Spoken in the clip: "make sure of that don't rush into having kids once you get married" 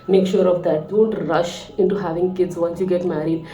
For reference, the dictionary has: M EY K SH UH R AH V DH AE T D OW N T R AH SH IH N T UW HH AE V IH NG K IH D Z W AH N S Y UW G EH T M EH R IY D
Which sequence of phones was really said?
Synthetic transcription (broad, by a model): M EY K SH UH R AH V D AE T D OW N T R AH SH IH N T UW HH AE V IH NG K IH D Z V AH N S Y UW G EH T M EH R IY D